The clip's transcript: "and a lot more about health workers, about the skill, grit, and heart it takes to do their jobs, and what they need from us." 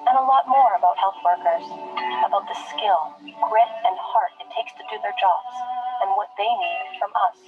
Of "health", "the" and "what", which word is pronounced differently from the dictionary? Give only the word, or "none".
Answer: none